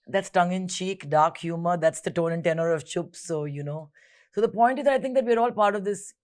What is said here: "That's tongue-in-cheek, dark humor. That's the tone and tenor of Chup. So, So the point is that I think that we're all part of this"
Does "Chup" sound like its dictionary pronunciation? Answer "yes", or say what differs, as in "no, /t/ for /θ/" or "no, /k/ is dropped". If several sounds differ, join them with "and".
yes